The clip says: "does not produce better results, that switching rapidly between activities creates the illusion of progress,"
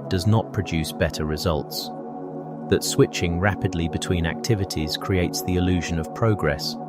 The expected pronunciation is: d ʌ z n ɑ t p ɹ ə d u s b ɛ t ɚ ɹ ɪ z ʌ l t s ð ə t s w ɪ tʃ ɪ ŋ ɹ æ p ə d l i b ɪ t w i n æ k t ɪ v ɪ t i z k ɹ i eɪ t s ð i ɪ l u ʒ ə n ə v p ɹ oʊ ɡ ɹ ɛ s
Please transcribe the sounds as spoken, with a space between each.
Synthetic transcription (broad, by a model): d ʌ z n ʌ t p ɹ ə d u s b ɛ t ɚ ɹ ɪ z ʌ l t s ð ə t s w ɪ tʃ ɪ ŋ ɹ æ p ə d l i b ɪ t w i n æ k t ɪ v ɪ t i z k ɹ i eɪ t s ð i ɪ l u ʒ ə n ə v p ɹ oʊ ɡ ɹ ɛ s